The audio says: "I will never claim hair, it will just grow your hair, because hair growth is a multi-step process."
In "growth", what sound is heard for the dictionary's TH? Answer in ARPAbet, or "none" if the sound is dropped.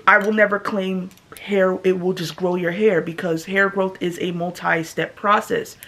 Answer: TH